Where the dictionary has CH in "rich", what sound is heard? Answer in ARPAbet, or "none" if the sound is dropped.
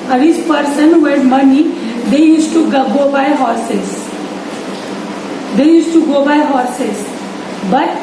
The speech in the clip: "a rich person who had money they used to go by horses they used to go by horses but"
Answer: S